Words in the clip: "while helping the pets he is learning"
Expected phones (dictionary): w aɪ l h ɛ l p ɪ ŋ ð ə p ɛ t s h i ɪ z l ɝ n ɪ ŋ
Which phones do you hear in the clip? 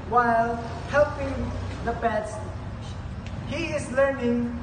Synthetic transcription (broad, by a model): w aɪ l h ɛ l p ɪ ŋ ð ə b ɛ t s h i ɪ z l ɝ n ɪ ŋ